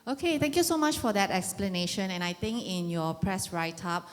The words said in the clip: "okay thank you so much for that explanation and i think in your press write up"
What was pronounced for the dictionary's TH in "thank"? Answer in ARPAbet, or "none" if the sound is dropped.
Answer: T